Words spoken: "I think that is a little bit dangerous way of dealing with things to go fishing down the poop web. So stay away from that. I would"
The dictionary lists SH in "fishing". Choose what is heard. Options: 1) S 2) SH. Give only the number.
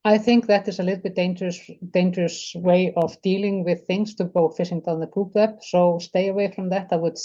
1